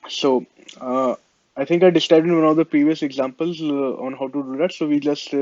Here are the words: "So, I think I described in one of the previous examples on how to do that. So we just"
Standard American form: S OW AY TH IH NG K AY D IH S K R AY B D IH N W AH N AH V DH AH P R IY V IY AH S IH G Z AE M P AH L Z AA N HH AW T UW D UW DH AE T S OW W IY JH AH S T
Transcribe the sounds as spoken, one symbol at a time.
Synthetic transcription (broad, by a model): S OW AY T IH NG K AY D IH S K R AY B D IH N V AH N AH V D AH P R IY V IY AH S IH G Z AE M P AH L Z AA N HH AW T UW D UW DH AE T S OW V IY JH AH S T